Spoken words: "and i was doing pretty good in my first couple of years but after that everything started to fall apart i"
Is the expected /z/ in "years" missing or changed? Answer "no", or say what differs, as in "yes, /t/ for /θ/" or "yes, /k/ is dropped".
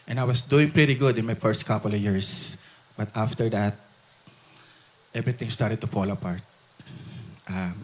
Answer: yes, /s/ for /z/